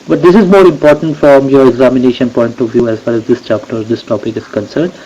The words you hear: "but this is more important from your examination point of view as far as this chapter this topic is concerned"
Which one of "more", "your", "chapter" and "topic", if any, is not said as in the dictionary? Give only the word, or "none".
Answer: none